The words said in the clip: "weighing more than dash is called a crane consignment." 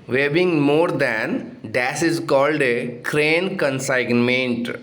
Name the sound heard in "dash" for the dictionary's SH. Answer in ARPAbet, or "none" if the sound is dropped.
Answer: S